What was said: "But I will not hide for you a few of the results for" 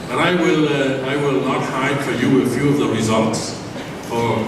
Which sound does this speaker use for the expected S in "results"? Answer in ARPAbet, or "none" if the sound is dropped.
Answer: S